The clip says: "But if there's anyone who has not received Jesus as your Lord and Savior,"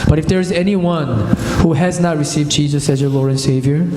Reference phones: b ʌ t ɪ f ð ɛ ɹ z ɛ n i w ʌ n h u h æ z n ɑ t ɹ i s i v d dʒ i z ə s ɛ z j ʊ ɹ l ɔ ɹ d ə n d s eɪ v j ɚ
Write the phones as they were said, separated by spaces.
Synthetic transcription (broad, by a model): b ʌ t ɪ f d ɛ ɹ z ɛ n i w ʌ n h u h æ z n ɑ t ɹ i s i v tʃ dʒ i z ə s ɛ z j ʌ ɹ l ɔ ɹ ə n s eɪ v j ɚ